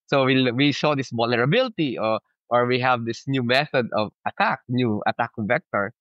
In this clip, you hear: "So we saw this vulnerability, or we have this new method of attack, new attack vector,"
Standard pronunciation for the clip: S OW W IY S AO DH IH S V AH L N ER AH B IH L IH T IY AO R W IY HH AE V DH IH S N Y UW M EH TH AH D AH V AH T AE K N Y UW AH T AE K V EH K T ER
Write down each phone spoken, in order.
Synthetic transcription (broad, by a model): S OW W IY SH AO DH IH S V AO L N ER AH B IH L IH T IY AO R W IY HH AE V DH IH S N Y UW M EH TH AH D AH V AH T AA K N Y UW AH T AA K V EH K T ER